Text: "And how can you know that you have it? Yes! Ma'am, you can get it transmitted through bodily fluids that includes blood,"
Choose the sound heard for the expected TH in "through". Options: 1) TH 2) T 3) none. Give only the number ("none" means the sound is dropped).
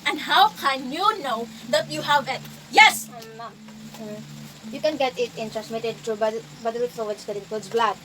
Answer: 2